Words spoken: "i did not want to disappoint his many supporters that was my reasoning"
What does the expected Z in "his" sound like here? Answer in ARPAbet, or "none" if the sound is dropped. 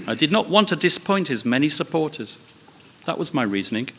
Z